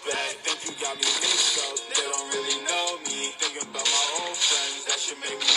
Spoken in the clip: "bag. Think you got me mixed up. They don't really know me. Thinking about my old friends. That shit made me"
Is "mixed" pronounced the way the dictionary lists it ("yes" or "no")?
no